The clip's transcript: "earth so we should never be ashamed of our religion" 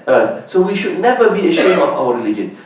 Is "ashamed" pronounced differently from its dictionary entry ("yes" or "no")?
yes